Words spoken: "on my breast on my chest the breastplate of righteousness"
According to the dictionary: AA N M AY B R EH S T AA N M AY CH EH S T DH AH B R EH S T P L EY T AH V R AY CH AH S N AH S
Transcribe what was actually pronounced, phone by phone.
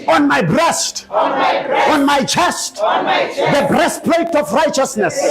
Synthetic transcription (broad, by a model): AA N M AY B R EH S T AA N M AY CH EH S T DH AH B R EH S T P L EY T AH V R AY CH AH S N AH S